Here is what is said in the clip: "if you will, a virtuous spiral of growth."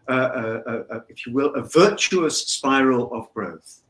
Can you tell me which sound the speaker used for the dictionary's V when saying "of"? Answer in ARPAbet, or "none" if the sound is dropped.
V